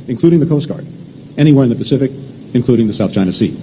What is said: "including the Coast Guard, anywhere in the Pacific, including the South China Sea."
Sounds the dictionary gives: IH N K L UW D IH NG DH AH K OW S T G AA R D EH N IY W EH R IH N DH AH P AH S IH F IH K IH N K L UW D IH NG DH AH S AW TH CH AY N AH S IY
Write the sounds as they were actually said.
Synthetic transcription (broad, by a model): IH N K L UW D IH NG DH AH K OW S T G AA R D EH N IY W EH R IH N DH AH P AH S IH F IH K IH N K L UW D IH NG DH AH S AW TH CH AY N AH S IY